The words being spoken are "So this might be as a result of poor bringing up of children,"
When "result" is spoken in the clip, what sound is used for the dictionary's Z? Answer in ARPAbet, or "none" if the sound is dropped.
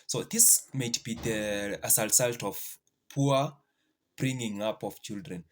S